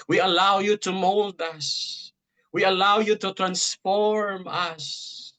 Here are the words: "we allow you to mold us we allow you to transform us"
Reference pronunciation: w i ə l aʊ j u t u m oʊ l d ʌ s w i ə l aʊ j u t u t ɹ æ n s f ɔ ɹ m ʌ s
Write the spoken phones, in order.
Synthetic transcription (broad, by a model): w i ə l aʊ j u t u m oʊ l d ʌ s w i ə l aʊ j u t u t ɹ æ n s f ɔ ɹ m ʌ s